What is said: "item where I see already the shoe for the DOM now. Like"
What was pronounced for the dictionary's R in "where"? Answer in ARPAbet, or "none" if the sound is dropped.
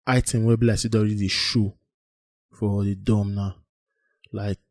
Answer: L